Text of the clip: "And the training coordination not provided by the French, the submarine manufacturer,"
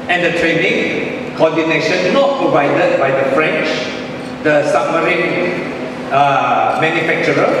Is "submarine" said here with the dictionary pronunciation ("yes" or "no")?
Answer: no